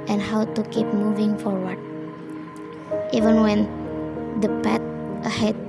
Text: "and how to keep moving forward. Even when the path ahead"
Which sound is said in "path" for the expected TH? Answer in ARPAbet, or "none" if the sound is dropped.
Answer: T